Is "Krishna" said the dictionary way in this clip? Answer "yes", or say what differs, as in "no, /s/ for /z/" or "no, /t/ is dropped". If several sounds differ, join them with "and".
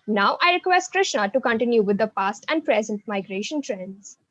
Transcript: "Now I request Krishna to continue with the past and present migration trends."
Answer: yes